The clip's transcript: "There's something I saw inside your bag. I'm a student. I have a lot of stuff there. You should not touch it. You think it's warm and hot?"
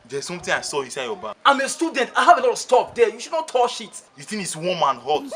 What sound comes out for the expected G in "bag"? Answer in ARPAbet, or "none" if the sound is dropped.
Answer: none